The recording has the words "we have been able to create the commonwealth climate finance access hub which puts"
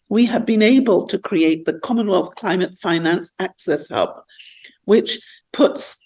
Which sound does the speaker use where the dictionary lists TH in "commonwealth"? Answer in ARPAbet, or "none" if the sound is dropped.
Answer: TH